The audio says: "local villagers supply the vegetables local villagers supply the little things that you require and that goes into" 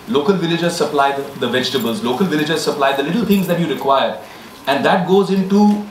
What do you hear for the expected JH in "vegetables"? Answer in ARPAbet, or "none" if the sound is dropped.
JH